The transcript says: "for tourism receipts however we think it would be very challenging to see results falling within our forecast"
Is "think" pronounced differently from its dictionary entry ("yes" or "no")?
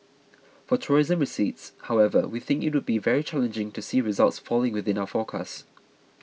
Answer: no